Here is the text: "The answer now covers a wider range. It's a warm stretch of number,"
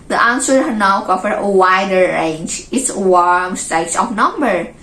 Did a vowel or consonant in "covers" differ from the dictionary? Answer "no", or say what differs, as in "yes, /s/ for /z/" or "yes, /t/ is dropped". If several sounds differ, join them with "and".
yes, /z/ is dropped